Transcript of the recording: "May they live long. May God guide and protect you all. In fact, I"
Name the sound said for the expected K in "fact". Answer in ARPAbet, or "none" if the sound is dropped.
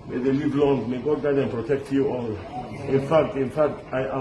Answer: K